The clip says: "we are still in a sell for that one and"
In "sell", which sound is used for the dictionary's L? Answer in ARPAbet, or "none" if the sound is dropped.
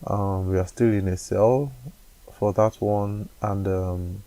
L